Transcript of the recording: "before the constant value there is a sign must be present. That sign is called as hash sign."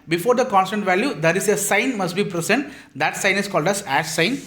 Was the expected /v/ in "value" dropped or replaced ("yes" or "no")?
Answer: no